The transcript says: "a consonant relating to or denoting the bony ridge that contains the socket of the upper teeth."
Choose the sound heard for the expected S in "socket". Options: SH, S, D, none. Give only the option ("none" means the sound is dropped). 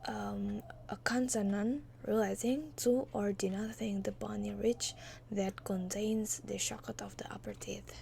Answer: SH